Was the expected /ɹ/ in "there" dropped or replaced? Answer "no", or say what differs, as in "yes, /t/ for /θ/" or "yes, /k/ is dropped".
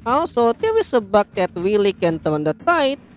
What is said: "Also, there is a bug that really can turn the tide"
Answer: yes, /w/ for /ɹ/